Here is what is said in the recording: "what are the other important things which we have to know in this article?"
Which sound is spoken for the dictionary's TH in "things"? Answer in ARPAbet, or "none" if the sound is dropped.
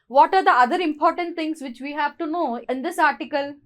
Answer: T